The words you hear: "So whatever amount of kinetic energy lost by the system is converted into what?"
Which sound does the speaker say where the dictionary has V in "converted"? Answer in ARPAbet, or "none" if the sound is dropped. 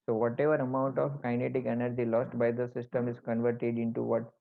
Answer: V